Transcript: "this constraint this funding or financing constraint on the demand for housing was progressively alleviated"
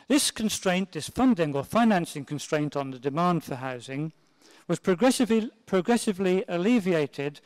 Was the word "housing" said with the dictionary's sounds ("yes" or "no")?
yes